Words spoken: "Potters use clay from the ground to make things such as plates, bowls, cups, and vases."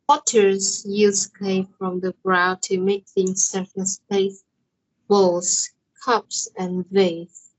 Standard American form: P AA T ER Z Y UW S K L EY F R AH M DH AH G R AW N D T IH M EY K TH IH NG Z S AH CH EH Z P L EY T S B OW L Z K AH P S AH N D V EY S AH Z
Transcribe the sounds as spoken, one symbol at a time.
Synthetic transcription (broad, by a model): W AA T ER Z Y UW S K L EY F R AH M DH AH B R AW T IH M EY K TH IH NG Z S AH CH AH S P EY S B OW L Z K AH P S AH N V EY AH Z